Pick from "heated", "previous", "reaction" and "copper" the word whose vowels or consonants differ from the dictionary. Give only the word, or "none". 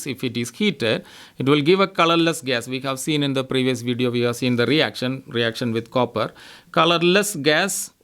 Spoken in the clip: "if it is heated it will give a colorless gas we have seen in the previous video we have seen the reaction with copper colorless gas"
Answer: none